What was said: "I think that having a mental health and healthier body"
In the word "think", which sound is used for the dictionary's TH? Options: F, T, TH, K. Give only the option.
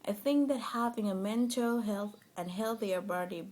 TH